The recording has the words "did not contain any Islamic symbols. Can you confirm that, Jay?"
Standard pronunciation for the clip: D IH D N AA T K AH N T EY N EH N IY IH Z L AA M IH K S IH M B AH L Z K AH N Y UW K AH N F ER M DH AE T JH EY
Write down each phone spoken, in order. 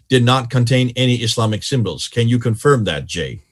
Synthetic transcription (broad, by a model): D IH D N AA T K AH N T EY N EH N IY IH S L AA M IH K S IH M B AH L Z K AH N Y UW K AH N F ER M DH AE T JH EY